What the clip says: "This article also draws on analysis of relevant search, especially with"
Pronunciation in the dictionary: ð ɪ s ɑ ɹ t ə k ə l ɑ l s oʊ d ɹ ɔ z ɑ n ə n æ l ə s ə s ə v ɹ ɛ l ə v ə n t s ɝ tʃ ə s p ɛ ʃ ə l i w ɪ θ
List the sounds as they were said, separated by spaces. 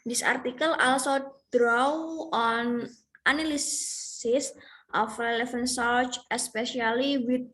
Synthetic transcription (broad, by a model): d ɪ s ɑ ɹ t ə k ə l ɑ l s oʊ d ɹ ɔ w ɑ n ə n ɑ l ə s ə s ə f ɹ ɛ l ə f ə n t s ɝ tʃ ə s p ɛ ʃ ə l i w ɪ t